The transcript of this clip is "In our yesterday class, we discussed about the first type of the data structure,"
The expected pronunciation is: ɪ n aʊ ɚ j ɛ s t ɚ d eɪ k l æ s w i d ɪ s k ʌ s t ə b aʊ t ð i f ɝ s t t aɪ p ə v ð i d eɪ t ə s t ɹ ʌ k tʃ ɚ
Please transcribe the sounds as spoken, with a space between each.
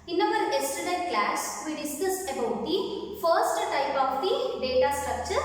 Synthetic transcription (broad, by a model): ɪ n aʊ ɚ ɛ s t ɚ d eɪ k l æ s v i d ɪ s k ʌ s t ə b aʊ t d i f ɝ s t t aɪ p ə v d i d eɪ t ə s t ɹ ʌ k tʃ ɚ